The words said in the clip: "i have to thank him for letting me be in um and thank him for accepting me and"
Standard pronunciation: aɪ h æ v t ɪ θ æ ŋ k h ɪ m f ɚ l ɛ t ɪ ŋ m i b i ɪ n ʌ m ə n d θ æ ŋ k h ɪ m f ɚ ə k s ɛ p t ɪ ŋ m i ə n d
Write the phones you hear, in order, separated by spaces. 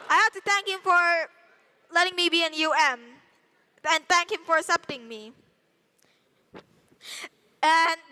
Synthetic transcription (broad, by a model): aɪ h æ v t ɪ θ æ ŋ k h ɪ m f ɚ l ɛ t ɪ ŋ m i b i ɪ n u m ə n θ æ ŋ k h ɪ m f ɚ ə s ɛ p t ɪ ŋ m i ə n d